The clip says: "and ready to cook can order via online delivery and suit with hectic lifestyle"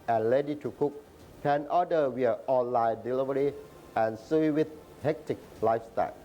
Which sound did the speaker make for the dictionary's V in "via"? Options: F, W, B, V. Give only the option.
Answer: W